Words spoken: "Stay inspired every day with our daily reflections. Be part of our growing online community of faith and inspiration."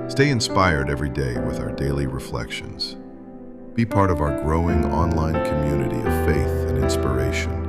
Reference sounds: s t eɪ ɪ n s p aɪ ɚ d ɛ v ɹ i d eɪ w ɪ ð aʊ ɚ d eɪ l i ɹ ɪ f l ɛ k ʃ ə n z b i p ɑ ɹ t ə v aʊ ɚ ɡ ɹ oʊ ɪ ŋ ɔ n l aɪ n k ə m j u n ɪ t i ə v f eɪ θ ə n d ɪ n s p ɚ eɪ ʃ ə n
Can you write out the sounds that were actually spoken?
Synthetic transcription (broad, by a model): s t eɪ ɪ n s p aɪ ɚ d ɛ v ɹ i d eɪ w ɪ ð aʊ ɚ d eɪ l i ɹ ɪ f l ɛ k ʃ ə n z b i p ɑ ɹ t ə v aʊ ɚ ɡ ɹ oʊ ɪ ŋ ɔ n l aɪ n k ə m j u n ɪ t i ə v f eɪ θ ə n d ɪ n s p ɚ eɪ ʃ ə n